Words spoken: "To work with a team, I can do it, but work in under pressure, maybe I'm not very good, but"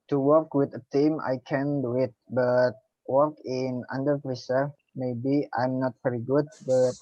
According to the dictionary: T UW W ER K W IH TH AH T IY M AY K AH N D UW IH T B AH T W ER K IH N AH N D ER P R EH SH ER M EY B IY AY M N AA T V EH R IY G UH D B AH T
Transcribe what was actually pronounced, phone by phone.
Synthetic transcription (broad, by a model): T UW W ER K W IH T AH T IY M AY K AH N D UW IH T B AH T W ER K IH N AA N D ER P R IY S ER M EY B IY AY M N AA T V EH R IY G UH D B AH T